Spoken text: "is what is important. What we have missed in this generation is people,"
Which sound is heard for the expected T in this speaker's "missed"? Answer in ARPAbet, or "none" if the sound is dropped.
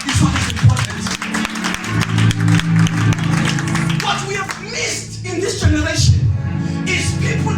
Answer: T